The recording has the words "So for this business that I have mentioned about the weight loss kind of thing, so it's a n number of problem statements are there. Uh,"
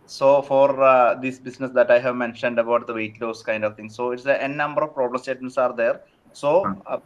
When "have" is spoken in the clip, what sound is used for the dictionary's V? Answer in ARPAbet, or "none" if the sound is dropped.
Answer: V